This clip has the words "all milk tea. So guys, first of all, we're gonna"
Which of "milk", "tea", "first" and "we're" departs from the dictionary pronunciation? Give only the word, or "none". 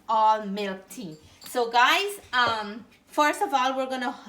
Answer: none